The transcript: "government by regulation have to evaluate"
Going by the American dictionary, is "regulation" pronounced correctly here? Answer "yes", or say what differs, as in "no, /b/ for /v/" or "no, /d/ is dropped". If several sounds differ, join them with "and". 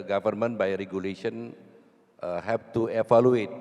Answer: yes